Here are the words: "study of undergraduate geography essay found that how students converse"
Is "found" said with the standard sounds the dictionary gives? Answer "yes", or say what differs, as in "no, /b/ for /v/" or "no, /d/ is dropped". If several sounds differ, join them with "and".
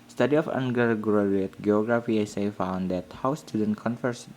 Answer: yes